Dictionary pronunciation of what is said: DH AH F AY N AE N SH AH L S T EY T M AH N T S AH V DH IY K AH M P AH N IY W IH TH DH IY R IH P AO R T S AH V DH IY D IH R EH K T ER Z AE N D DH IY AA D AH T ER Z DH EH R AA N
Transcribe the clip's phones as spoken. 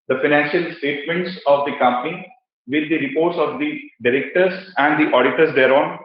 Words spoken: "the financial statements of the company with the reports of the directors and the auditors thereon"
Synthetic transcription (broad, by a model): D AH F AY N AE N SH AH L S T EY T M AH N T S AH V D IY K AH M P AH N IY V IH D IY R IH P AO R T S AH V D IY D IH R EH K T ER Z AE N D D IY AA D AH T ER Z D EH R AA N